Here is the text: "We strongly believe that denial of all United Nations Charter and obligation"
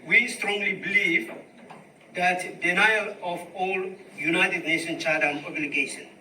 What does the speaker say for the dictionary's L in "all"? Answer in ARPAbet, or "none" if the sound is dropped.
L